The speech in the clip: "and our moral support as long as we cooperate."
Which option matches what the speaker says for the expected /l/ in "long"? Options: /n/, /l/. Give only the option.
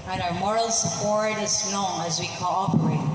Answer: /n/